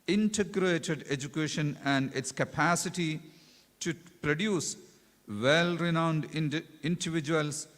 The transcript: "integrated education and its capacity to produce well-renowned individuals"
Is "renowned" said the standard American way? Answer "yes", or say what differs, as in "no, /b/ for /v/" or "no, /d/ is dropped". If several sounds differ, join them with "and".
yes